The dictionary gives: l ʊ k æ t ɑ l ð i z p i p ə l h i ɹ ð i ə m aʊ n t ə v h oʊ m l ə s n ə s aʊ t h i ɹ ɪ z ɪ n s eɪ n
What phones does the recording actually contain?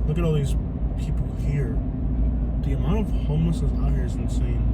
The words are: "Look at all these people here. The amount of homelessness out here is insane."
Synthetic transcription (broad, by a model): l ʊ k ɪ t ɑ l ð i z p i p l h i ɹ ð i ə m aʊ n t ə v h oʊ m ə s ə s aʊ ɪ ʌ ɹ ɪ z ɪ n s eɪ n